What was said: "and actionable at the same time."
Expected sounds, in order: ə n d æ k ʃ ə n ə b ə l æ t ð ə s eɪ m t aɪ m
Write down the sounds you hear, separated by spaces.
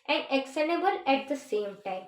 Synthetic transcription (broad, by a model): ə n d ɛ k s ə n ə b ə l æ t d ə s eɪ m t aɪ m